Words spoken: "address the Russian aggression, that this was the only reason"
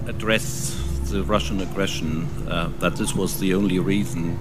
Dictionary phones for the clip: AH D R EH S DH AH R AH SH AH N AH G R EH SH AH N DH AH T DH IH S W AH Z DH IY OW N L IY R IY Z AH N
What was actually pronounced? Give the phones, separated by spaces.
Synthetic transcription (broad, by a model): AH D R EH S DH AH R AH SH AH N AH G R EH SH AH N DH AH T DH IH S W AH Z DH IY OW N L IY R IY Z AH N